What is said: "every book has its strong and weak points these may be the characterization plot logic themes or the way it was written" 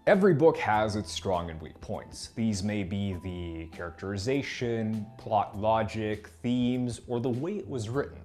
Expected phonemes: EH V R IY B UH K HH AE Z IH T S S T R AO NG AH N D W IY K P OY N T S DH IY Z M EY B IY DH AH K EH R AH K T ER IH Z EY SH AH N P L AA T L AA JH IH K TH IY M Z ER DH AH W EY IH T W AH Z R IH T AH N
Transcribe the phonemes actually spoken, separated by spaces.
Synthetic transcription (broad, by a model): EH V R IY B UH K HH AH Z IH T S S T R AO NG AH N W IY K P OY N T S DH IY Z M EY B IY DH AH K EH R AH K T ER IH Z EY SH AH N P L AA T L AA JH IH K TH IY M Z ER DH AH W EY IH T W AH Z R IH T N